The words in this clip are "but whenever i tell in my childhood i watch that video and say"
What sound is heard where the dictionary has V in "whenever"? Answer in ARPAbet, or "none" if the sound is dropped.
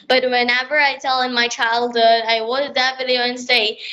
V